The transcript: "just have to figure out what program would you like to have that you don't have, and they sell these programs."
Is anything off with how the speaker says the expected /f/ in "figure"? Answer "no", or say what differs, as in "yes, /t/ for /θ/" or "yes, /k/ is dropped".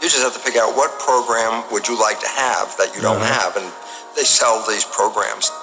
yes, /p/ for /f/